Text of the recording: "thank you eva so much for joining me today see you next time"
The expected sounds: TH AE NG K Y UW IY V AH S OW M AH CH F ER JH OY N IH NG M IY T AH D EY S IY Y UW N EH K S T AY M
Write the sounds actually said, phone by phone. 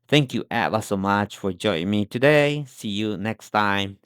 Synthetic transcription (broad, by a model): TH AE NG K Y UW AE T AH S OW M AH CH F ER JH OY IH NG M IY T AH D EY S IY Y UW N EH K S T AY M